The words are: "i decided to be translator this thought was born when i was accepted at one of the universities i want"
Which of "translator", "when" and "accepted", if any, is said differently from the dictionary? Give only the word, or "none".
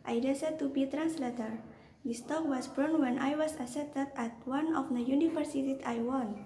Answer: accepted